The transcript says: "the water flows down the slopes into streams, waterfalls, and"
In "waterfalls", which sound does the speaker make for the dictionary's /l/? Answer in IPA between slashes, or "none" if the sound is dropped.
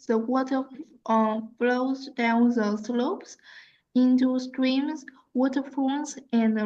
/n/